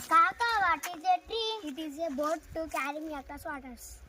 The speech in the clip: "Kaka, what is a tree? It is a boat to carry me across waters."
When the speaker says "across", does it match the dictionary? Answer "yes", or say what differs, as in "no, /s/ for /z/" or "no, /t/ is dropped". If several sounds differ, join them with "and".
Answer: no, /ɹ/ is dropped